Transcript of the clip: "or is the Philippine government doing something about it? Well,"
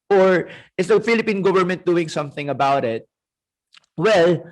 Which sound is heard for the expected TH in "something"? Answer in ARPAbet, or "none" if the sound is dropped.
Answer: TH